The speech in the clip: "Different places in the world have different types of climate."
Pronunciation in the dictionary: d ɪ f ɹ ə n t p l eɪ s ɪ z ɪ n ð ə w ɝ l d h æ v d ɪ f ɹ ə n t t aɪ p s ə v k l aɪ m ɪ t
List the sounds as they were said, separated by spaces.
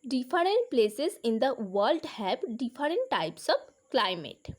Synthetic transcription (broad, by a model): d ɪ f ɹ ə n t p l eɪ s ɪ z ɪ n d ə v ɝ l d h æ b d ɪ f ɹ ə n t t aɪ p s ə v k l aɪ m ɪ t